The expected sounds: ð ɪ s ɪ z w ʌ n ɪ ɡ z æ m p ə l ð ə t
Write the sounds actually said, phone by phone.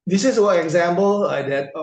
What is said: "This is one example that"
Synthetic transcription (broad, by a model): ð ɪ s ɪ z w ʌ ɪ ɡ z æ m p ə l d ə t